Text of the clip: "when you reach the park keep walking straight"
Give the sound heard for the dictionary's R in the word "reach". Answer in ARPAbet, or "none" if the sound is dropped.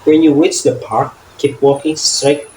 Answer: W